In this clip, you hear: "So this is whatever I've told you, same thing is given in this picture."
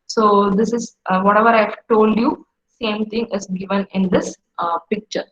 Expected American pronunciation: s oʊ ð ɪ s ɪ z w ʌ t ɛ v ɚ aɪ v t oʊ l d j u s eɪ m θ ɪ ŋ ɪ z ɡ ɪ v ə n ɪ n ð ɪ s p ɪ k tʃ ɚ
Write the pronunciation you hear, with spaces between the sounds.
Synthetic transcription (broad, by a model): s oʊ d ɪ s ɪ z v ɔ t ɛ v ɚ aɪ v t oʊ l d j u s eɪ m t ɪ ŋ ɪ z ɡ ɪ v ə n ɪ n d ɪ s p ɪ k tʃ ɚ